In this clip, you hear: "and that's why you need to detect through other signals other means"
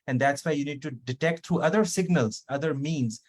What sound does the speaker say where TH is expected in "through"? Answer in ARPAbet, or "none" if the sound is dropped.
T